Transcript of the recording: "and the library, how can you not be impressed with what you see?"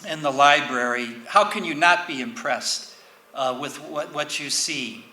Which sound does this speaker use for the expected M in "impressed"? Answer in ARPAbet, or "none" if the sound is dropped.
M